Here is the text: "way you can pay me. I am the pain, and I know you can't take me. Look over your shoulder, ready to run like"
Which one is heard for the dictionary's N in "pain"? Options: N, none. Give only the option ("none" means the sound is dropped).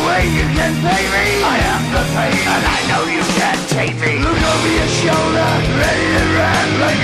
none